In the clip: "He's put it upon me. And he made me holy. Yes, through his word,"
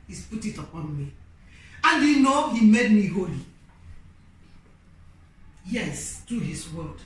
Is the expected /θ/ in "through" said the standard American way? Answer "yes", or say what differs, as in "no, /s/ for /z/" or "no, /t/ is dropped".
no, /t/ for /θ/